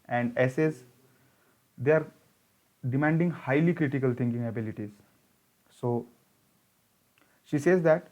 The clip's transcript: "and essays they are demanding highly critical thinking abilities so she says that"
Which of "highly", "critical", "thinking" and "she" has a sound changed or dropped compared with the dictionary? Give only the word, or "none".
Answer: thinking